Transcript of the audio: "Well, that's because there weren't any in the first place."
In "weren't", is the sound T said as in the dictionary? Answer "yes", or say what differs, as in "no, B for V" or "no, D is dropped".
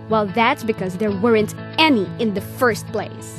yes